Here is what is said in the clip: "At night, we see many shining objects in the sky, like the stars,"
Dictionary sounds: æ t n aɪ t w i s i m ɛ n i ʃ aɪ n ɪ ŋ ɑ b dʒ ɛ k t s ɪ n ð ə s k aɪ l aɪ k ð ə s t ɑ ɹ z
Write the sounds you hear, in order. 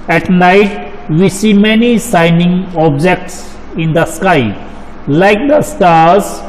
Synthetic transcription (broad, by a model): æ t n aɪ t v i s i m ɛ n i s aɪ n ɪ ŋ ɑ b dʒ ɛ k t s ɪ n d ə s k aɪ l aɪ k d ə s t ɑ ɹ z